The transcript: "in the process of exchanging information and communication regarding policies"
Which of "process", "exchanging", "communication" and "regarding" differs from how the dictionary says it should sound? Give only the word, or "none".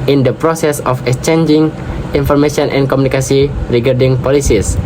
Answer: communication